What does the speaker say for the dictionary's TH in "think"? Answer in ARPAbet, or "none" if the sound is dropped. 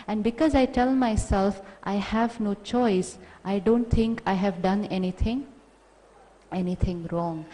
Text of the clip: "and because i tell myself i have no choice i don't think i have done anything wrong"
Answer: T